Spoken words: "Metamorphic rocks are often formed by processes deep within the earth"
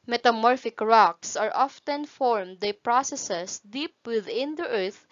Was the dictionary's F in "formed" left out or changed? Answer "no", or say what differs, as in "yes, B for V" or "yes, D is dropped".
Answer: no